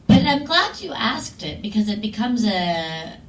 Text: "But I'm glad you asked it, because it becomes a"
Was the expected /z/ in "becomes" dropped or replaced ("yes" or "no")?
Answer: no